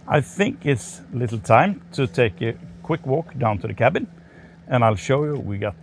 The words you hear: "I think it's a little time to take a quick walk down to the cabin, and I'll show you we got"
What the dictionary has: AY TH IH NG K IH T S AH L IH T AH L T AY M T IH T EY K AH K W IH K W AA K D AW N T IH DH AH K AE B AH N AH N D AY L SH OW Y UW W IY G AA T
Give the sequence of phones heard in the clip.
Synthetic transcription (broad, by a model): AY TH IH NG K IH T S L IH T L T AY M T IH T EY K AH K W IH K W AA K D AW N T IH DH AH K AE B AH N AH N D AY L SH OW Y UW W IY G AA T